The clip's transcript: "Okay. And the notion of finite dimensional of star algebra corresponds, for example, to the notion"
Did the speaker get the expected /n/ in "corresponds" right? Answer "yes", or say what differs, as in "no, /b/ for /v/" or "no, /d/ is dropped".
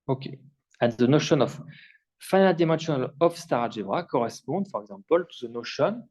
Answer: no, /n/ is dropped